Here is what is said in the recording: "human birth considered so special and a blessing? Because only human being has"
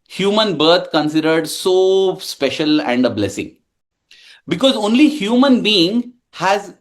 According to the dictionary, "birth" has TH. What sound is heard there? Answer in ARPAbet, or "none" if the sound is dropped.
T